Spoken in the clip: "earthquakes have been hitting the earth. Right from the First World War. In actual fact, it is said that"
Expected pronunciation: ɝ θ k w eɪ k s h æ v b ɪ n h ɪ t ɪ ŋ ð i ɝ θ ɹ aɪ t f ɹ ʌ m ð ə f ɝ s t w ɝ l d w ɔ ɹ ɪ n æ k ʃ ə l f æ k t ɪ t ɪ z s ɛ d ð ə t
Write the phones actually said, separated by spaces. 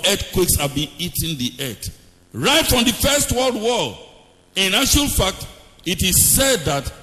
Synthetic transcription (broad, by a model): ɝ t k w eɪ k s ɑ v b ɪ n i t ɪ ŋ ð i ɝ t ɹ aɪ t f ɹ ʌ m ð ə f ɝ s t w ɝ l d w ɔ l ɪ n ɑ ʃ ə l f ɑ k t ɪ t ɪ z s ɛ d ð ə t